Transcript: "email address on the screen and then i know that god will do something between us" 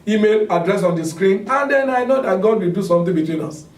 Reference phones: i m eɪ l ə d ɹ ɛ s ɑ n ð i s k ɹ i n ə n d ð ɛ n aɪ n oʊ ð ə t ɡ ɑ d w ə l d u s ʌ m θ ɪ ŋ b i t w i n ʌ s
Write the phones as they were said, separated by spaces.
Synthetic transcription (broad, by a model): i m eɪ l ə d ɹ ɛ s ɑ n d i s k ɹ i n ə n d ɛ n aɪ n oʊ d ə t ɡ ɑ d w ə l d u s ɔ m t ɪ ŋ b i t w i n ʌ s